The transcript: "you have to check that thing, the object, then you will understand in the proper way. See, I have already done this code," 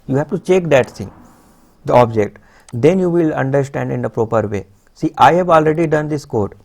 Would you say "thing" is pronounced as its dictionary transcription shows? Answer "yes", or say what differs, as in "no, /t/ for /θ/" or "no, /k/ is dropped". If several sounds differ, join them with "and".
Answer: no, /s/ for /θ/